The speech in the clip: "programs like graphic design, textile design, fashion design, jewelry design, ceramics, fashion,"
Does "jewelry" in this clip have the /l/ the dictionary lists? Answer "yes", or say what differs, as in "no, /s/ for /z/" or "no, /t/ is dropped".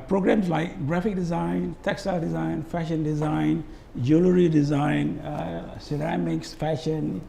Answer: yes